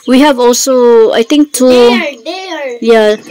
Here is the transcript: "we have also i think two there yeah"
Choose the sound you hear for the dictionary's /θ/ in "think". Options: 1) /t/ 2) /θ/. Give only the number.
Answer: 1